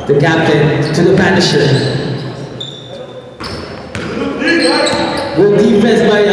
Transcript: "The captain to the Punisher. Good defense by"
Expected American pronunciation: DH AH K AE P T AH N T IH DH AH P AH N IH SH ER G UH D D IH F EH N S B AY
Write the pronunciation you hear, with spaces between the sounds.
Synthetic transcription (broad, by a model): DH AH K AE P T AH N T IH DH AH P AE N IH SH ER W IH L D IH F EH S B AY